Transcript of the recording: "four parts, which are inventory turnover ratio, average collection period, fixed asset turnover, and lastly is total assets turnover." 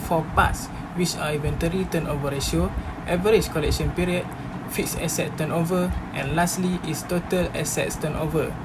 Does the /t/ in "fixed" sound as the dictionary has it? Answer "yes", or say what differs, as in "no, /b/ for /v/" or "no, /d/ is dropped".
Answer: no, /t/ is dropped